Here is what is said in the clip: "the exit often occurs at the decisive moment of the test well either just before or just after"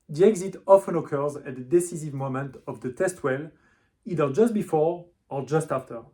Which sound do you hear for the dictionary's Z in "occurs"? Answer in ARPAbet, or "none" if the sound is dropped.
Z